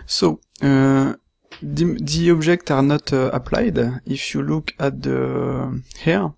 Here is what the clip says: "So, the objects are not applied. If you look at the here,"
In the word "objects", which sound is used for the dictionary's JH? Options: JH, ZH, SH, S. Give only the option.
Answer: ZH